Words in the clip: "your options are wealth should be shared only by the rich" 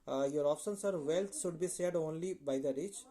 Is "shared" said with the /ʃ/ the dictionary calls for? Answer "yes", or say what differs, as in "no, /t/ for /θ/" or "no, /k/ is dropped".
no, /s/ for /ʃ/